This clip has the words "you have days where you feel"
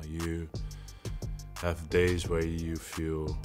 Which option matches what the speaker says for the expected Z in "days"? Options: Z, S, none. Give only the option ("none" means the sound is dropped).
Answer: Z